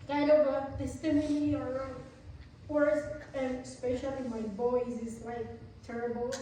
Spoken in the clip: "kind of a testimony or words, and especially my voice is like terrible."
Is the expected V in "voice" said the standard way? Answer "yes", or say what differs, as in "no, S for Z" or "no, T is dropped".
no, B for V